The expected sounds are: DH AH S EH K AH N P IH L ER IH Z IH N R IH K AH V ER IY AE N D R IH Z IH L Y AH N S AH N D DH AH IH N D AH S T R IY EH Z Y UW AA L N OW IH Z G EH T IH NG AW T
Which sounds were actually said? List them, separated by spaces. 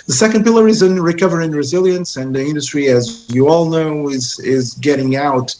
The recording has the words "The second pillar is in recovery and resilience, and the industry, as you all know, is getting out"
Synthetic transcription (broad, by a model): DH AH S EH K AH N P IH L ER IH Z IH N R IH K AH V ER IY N R IH Z IH L Y AH N S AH N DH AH IH N D AH S T R IY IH Z Y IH AA L N OW IH Z G EH T IH NG AW T